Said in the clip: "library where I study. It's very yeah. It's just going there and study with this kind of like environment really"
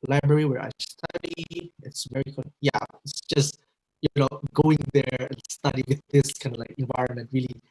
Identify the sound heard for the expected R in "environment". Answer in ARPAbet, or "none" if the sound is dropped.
R